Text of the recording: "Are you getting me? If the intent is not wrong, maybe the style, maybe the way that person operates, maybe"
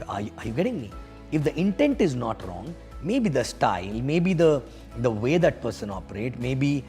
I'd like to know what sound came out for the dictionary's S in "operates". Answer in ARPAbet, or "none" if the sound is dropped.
none